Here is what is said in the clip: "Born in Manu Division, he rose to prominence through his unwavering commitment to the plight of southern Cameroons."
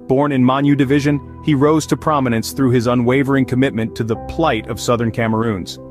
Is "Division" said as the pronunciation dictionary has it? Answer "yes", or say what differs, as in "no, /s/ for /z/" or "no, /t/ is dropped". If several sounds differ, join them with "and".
yes